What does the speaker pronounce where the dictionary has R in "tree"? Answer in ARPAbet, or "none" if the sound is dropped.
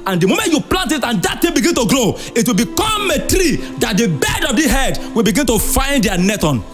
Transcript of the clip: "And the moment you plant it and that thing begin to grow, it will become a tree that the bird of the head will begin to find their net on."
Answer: R